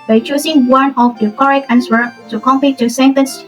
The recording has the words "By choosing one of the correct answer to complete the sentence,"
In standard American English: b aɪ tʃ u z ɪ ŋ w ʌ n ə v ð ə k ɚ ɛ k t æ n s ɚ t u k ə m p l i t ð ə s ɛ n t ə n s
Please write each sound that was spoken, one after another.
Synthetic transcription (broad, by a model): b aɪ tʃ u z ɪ ŋ w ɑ n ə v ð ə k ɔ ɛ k æ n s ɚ t u k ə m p i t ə s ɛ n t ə n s